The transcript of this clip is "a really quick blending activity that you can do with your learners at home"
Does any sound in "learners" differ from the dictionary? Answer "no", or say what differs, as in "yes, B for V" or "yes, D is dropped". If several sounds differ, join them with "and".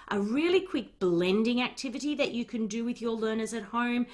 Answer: no